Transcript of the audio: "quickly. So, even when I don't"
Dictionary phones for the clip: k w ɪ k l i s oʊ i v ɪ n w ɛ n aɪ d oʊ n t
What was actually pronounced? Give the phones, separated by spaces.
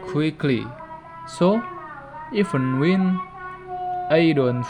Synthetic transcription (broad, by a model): k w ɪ k l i s oʊ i f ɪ n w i n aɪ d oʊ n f